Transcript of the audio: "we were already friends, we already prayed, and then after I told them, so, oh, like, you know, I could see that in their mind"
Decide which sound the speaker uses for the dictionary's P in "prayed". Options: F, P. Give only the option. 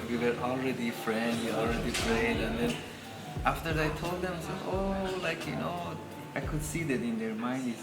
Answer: F